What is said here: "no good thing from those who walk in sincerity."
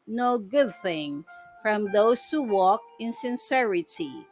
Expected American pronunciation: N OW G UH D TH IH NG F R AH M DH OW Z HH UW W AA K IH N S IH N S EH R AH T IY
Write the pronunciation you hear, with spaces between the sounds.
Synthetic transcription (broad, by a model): N OW G UH D TH IH NG F R AH M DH OW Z HH UW W AA K IH N S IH N S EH R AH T IY